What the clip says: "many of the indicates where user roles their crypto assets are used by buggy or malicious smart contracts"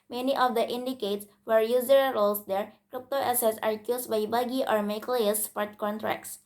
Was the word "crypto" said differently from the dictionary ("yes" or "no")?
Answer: no